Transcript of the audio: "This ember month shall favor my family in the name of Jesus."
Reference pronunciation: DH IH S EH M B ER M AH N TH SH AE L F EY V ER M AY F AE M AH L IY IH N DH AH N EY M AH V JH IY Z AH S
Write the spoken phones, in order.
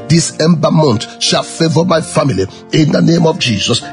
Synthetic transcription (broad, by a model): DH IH S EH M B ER M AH N T SH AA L F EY V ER M AY F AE M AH L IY IH N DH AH N EY M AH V JH IY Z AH S